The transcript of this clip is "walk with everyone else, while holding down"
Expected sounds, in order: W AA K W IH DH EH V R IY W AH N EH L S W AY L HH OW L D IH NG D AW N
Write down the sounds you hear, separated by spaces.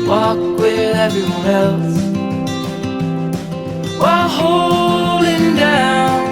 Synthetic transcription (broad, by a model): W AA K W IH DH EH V IY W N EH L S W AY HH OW L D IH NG D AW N